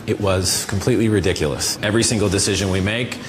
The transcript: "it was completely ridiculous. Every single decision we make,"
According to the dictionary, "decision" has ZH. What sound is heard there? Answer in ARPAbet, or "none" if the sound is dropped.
ZH